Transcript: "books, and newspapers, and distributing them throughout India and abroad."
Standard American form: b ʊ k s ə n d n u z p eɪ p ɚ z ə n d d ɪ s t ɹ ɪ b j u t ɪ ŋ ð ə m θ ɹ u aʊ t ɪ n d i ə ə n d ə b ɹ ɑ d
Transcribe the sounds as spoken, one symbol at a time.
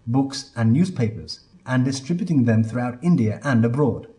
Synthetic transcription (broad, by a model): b ʊ k s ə n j u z p eɪ p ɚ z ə n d d ɪ s t ɹ ɪ b j u t ɪ ŋ ð ə m θ ɹ u aʊ t ɪ n d i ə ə n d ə b ɹ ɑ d